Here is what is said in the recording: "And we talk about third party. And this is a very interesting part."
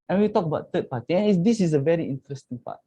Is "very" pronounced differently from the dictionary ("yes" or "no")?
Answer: no